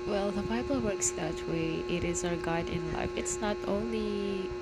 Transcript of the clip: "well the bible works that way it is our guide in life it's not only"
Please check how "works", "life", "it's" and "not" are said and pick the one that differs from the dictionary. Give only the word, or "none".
none